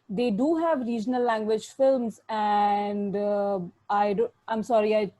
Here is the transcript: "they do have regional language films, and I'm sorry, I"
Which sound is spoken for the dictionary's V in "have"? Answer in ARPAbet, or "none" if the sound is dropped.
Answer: V